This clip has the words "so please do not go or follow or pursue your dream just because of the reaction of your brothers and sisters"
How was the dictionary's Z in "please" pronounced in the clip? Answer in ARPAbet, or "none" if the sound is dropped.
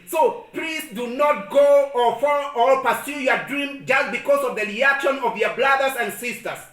S